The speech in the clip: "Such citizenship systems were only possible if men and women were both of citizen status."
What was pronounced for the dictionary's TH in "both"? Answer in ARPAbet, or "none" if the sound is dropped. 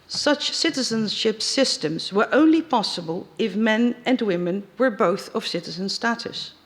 TH